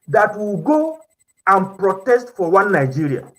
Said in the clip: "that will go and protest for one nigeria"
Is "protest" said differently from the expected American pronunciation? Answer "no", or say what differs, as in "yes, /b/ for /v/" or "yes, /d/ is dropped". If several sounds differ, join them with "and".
no